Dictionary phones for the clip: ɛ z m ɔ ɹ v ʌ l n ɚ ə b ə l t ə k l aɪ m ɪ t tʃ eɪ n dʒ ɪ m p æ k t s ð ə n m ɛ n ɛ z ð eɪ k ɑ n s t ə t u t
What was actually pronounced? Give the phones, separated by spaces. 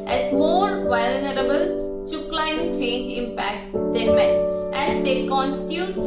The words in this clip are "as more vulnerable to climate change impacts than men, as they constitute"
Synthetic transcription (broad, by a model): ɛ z m ɔ ɹ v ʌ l n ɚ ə b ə l s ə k l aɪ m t tʃ eɪ n dʒ ɪ m p æ k t s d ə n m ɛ ɛ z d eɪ k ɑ n s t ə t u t